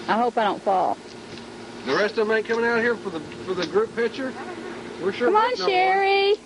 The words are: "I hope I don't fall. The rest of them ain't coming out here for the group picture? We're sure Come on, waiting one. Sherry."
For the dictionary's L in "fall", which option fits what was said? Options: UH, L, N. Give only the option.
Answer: L